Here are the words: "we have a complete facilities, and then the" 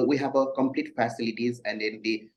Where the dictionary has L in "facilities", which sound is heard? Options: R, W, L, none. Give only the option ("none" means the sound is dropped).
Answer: L